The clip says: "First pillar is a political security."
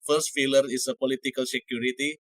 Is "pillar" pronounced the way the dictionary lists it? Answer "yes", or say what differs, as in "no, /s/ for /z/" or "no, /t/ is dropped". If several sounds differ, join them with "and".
no, /f/ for /p/